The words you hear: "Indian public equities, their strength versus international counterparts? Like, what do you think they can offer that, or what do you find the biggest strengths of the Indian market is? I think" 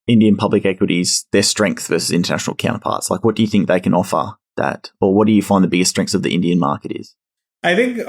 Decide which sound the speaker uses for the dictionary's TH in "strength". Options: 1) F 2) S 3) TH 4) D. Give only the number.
3